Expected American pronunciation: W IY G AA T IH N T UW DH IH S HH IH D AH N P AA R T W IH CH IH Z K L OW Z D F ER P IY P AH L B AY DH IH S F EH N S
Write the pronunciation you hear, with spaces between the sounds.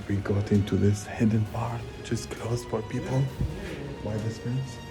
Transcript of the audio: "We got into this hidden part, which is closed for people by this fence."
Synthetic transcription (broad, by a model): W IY G AA T IH N T UW DH IH S HH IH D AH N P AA R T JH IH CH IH S K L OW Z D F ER P IY P AH L B AY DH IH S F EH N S